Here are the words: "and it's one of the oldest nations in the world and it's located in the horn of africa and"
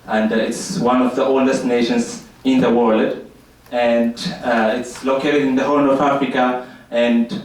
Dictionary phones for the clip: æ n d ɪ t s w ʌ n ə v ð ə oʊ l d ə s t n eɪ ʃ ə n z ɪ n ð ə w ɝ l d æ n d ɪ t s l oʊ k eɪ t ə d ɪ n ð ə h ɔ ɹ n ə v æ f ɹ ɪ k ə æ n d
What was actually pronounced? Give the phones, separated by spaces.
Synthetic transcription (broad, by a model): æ n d ɪ t s w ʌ n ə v ð ə oʊ l d ə s t n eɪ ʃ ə n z ɪ n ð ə w ɝ l d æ n d ɪ t s l oʊ k eɪ t ə d ɪ n ð ə h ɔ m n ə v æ f ɹ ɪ k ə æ n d